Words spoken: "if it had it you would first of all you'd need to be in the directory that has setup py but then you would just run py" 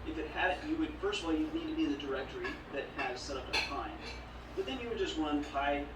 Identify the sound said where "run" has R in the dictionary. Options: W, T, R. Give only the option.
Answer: W